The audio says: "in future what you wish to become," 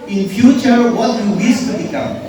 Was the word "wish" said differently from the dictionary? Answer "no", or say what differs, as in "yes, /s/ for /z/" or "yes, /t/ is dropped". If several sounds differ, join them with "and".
yes, /s/ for /ʃ/